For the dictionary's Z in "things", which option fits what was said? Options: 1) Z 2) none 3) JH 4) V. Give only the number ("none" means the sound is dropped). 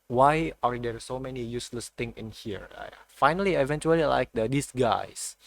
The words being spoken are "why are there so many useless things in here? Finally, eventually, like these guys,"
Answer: 2